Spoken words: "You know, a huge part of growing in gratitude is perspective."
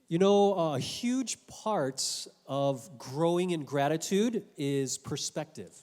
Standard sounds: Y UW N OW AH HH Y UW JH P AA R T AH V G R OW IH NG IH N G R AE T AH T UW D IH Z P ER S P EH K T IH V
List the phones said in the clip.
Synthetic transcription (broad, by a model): Y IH N OW AH HH Y UW JH P AA R T AH V G R OW IH NG IH N G R AE T AH T UW D IH Z P ER S P EH K T IH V